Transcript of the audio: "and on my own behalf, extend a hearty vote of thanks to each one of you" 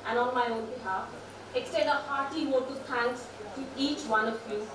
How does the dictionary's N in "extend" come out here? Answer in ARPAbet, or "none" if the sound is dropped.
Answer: none